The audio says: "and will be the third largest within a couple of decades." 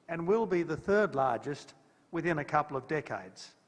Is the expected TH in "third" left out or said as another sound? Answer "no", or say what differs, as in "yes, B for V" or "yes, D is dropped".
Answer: no